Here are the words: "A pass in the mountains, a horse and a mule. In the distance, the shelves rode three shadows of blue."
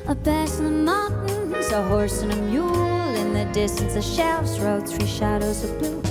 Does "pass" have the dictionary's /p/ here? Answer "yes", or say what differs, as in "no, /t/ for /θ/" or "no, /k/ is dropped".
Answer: no, /b/ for /p/